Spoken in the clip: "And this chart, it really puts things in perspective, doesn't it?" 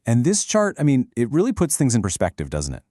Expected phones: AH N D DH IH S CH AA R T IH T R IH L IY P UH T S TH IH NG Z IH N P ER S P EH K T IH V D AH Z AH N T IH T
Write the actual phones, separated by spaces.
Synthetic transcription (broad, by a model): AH N DH IH S CH AA R T IH T R IH L IY P UH T S TH IH NG Z IH N P ER S P EH K T IH V D AH Z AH N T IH T